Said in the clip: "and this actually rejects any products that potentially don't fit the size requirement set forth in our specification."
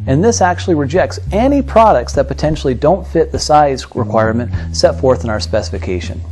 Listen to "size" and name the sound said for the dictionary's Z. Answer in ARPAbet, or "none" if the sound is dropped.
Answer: Z